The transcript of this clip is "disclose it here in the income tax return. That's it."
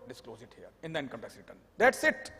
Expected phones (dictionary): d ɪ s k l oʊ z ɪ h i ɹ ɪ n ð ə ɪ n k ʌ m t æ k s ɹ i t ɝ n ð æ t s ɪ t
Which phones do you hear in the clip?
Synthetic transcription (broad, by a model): d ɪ s k l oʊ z ɪ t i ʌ ɪ n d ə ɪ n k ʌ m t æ s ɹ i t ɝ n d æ t s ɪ t